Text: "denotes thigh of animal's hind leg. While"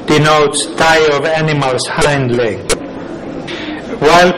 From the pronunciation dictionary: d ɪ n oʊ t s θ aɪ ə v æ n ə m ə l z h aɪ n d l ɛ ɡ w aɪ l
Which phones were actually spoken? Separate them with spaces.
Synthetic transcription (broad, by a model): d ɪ n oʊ t s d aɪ ə v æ n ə m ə l s h aɪ n d l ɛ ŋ w aɪ l